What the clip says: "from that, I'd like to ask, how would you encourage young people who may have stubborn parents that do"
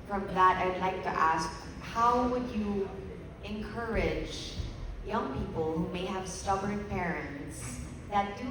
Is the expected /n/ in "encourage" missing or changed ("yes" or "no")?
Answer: no